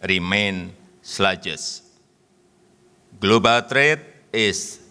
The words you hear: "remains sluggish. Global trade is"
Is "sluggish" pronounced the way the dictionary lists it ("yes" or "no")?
no